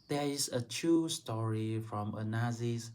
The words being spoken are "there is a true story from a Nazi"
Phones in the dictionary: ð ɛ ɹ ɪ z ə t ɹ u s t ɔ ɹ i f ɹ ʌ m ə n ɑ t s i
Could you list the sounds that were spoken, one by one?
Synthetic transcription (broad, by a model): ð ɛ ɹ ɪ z ə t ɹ u s t ɔ ɹ i f ɹ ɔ m ə n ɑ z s